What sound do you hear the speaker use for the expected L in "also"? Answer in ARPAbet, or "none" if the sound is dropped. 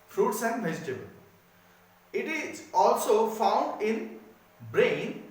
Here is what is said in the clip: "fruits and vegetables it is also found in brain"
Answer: L